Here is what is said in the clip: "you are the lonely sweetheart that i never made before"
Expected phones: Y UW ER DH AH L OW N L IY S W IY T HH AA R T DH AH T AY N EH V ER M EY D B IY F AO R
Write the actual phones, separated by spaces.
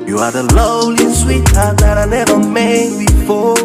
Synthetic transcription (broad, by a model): Y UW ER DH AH L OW L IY S W IY T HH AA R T DH AH T AY N EH V ER M EY D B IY F AO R